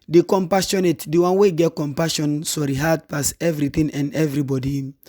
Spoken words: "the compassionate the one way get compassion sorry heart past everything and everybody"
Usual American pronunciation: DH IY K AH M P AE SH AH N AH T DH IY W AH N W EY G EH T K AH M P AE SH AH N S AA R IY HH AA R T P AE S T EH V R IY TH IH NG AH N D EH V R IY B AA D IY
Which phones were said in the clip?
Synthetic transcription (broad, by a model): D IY K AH M P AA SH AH N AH T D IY W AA N W EY G EH T K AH M P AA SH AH N S AA R IY HH AA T P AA S EH V R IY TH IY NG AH N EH V R IY B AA D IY